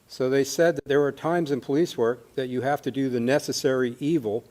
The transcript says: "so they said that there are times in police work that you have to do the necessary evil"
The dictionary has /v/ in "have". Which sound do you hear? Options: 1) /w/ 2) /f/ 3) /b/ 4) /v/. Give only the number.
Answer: 2